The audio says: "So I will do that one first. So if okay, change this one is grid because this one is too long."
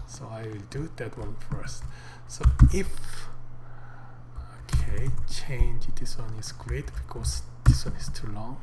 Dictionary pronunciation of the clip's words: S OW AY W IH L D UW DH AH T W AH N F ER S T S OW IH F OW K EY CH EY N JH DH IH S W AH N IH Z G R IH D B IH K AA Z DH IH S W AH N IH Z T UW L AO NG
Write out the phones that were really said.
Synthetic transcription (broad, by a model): S OW AY W IH L D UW DH AH T W AH N F ER S T S OW IH F OW K EY CH EY N JH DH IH S W AH N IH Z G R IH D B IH K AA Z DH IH S W AH N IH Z T UW L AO NG